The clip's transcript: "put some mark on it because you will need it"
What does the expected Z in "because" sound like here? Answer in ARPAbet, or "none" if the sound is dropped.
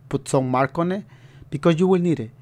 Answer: none